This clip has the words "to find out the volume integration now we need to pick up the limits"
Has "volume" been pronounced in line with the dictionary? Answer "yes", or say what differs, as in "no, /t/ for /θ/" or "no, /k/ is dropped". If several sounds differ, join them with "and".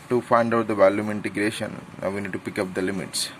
yes